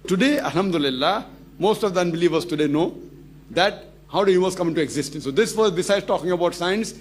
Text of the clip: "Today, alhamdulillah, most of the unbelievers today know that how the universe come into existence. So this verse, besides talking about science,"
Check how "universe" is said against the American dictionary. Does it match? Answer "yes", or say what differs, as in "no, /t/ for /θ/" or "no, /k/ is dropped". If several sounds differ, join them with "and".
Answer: no, /n/ is dropped